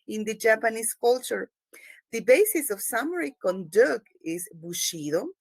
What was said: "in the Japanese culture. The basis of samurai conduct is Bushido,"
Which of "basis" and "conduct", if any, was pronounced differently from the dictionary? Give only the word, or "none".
conduct